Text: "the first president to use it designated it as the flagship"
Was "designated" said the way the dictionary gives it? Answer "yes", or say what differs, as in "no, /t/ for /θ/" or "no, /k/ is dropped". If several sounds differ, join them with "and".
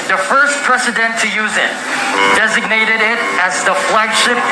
yes